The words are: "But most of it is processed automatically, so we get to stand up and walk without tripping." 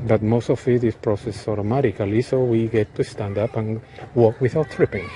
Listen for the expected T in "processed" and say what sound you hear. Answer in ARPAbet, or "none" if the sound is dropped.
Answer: none